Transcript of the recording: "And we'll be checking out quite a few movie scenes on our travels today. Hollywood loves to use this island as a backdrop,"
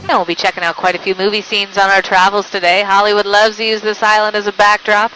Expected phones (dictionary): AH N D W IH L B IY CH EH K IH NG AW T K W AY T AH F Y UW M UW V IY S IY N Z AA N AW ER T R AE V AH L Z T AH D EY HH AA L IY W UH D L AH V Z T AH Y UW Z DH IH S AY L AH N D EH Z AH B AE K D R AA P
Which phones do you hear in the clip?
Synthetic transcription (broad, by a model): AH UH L B IY CH EH K IH NG AW T K W AY T AH F Y UW M UW V IY S IY N Z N AW ER T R AE V L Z T AH D EY HH AA L IY W UH D L AH V Z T Y UW Z DH IH S AY L AH N D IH Z AH B AE K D R AA P